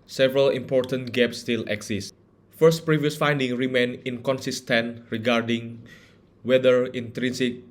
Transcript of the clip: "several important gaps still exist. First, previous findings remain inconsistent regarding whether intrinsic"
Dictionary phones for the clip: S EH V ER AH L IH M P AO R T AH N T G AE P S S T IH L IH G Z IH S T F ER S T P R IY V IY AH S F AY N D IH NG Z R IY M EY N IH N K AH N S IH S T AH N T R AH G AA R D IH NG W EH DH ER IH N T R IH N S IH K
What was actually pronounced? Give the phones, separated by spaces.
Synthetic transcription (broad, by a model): S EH V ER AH L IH M P AO R T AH N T G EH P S S T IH L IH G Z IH S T F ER S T P R IY V IY AH S F AY N D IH NG R IY M EY N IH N K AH N S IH S T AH N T R AH G AA R D IH NG W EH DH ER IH N T R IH N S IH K